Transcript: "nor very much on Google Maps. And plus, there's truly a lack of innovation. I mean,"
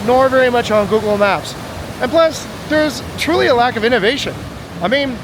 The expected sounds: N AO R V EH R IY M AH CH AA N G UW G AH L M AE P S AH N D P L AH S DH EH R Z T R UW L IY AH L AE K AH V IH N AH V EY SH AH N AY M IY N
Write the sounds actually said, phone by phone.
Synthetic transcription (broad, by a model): N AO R V EH R IY M AH CH N G UW G L M AE P S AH N P L AH S DH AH R Z T R UW L IY AH L AE K AH V IH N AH V EY SH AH N AY M IY N